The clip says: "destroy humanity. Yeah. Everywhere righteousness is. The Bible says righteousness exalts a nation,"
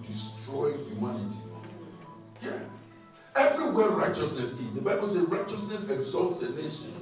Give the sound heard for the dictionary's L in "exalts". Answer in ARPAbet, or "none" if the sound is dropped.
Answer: L